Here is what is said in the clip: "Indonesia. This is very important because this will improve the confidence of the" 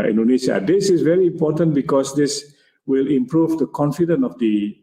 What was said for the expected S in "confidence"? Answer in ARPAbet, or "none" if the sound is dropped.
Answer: none